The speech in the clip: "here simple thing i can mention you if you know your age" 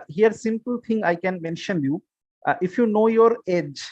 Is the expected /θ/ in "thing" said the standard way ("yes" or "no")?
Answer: no